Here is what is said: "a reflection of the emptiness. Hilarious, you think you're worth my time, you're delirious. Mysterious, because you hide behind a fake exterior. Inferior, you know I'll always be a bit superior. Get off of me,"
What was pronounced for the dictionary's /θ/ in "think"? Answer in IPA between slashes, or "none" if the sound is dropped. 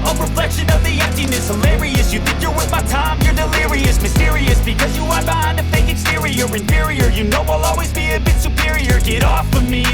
/θ/